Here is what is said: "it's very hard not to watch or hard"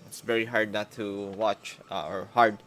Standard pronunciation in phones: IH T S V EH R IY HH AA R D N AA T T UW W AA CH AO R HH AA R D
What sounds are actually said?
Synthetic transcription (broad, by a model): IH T S V EH R IY HH AA R D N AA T T UW W AA CH AO R HH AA R D